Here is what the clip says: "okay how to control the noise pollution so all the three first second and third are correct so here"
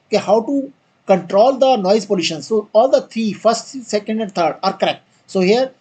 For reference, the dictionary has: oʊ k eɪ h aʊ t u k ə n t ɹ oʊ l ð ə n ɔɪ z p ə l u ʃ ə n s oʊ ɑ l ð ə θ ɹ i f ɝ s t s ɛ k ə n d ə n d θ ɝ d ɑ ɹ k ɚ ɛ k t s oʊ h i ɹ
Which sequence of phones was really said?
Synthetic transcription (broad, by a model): k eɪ h aʊ t u k ə n t ɹ oʊ l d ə n ɔɪ z p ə l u ʃ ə n s oʊ ɑ l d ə t ɹ i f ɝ s t s ɛ k ə n d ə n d t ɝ d ɑ ɹ k ɚ ɛ k t s oʊ h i ɹ